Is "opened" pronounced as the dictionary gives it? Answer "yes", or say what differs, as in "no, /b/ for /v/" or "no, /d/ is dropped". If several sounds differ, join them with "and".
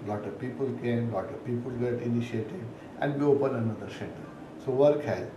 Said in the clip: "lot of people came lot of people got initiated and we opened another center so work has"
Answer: no, /d/ is dropped